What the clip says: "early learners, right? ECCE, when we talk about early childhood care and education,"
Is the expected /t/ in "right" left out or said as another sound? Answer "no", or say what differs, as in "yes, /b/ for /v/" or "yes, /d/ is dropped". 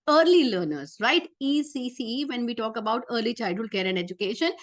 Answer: no